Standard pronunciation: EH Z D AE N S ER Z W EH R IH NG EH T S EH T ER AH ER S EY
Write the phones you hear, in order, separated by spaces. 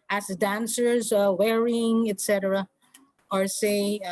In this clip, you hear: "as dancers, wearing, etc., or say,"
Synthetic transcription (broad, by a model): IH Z D AE N S ER Z W EH R IH NG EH T S EH T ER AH ER S EY